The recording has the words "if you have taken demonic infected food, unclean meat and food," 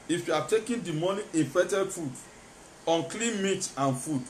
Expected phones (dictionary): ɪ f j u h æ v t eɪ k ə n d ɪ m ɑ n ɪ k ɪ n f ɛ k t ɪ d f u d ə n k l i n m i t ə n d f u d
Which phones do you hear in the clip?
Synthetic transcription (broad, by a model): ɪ f j u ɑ t eɪ k ə n d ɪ m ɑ n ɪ ɪ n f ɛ t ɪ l f u d ə n k l i n m i t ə n f u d